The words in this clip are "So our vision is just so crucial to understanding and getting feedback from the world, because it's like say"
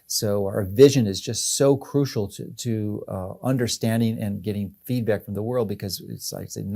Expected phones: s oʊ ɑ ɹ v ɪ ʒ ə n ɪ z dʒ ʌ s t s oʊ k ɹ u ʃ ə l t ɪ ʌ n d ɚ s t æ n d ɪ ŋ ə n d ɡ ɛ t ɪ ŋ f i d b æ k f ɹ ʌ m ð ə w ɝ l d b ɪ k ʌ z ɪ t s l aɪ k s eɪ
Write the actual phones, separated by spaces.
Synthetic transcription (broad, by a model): s oʊ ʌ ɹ v ɪ ʒ ə n ɪ z dʒ ʌ s t s oʊ k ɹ u ʃ l t ɪ ʌ n d ɚ s t æ n d ɪ ŋ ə n ɡ ɛ t ɪ ŋ f i d b æ k f ɹ ʌ m ð ə w ɝ l d b ɪ k ʌ z ɪ t s l aɪ k s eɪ